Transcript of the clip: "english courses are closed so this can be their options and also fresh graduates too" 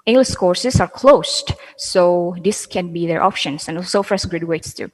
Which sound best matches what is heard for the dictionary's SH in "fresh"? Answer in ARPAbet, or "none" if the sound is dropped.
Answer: S